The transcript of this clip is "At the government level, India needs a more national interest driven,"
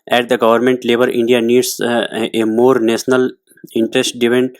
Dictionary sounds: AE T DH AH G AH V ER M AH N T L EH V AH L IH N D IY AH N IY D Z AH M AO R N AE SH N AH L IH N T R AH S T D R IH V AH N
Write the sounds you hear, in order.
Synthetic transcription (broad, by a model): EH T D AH G AH V ER M AH N T L EH B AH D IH N D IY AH N IY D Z AH M AO R N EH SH N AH L IH N T R AH S T D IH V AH N